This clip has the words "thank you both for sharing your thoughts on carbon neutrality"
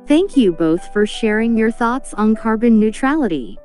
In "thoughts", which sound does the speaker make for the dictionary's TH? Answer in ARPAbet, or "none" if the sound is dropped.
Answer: TH